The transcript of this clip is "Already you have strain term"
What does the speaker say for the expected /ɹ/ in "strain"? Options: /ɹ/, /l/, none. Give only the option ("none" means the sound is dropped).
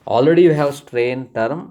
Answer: /ɹ/